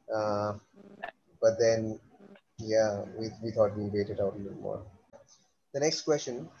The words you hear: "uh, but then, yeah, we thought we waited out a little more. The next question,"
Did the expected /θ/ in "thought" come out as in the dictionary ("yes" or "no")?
no